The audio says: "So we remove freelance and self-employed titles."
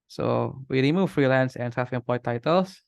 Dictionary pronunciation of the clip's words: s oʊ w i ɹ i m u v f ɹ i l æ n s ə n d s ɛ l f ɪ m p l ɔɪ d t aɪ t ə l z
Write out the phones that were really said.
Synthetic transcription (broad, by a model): s oʊ w i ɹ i m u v f ɹ i l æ n s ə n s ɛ f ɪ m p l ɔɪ t aɪ t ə l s